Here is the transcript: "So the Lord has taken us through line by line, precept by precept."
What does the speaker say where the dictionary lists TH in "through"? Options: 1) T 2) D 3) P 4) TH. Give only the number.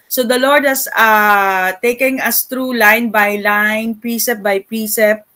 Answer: 1